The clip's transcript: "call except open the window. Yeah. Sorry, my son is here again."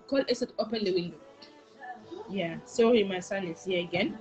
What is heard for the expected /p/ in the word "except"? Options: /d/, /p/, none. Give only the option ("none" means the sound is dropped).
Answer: none